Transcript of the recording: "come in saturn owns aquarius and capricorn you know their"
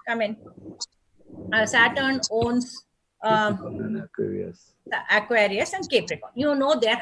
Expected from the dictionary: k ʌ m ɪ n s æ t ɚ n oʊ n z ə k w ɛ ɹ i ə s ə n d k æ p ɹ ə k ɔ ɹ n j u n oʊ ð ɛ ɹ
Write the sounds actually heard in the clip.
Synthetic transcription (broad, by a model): k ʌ m ɪ n s æ t ɚ n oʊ n s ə k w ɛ ɹ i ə s ə n d k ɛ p ɹ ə k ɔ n j u n oʊ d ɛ ɹ